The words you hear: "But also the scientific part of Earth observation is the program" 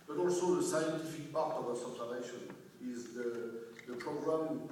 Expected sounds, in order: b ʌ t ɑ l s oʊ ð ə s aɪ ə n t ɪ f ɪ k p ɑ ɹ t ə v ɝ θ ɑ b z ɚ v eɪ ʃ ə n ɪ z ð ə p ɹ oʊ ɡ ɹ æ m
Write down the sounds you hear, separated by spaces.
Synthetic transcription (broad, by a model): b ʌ t ɑ l s oʊ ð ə s aɪ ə n t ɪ f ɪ k p ɑ ɹ t ə v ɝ s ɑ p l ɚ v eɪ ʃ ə n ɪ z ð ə p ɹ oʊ ɡ ɹ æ m